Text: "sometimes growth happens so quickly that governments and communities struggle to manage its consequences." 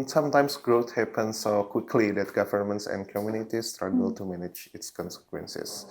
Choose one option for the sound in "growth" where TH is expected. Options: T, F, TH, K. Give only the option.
T